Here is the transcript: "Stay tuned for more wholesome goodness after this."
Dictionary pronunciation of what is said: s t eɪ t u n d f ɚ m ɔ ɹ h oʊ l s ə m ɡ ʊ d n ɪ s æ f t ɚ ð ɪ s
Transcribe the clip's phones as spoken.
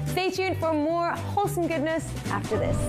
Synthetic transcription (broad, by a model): s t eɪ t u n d f ɚ m ɔ ɹ h oʊ l s ə m ɡ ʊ d n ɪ s æ f t ɚ ð ɪ s